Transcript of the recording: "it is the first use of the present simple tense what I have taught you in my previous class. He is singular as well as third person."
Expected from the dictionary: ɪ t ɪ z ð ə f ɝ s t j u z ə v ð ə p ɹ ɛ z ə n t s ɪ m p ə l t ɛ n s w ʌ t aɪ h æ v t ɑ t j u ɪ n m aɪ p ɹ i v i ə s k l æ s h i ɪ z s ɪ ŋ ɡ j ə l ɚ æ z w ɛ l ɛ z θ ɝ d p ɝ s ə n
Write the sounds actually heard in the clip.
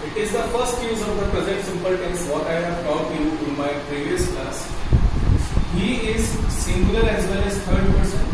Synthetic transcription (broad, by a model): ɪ t ɪ z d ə f ɝ s t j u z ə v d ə p ɹ ɛ z ə n t s ɪ m p ə l t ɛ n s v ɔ t aɪ h æ v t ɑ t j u ɪ n m aɪ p ɹ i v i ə s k l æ s h i ɪ z s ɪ ŋ ɡ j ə l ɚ æ z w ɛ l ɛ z t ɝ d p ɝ s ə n